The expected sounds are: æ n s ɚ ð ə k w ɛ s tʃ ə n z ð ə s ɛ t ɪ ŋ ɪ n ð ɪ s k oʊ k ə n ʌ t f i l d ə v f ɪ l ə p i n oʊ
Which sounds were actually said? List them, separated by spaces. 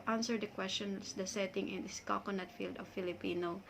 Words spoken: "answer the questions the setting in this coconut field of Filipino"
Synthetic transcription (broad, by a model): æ n s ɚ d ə k w ɛ s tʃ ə n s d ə s ɛ t ɪ ŋ ɪ n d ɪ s k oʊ k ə n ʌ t f i l d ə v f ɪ l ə p i n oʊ